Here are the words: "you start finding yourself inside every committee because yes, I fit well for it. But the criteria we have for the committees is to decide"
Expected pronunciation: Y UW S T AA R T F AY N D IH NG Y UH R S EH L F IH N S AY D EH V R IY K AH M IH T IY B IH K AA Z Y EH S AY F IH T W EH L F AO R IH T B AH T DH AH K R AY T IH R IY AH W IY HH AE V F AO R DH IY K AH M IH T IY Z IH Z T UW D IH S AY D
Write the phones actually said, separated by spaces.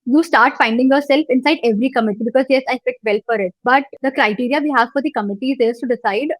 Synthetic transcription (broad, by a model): Y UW S T AA R T F AY N D IH NG Y UH R S EH L F IH N S AY D EH V R IY K AH M IH T IY B IH K AA Z Y EH S AY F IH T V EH L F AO R IH T B AH T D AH K R AY T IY R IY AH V IY HH AE V F AO R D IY K AH M IH T IY Z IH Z T UW D IH S AY D